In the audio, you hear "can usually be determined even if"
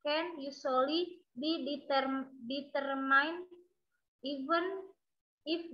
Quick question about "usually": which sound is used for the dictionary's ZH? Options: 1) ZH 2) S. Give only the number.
2